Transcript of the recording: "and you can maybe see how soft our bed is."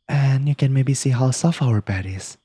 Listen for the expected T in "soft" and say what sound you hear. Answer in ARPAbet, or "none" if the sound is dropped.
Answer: none